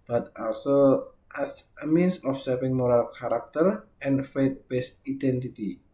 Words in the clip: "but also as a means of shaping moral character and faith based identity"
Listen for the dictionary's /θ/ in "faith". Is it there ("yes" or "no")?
no